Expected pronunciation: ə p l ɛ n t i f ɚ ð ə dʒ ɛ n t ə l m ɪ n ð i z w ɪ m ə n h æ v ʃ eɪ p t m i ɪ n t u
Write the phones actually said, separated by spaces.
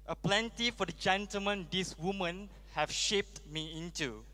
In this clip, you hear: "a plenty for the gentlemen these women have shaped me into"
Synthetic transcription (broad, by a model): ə p l ɛ n t i f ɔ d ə dʒ ɛ n t ə l m ɪ n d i s w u m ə n h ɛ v ʃ eɪ p t m i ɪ n t u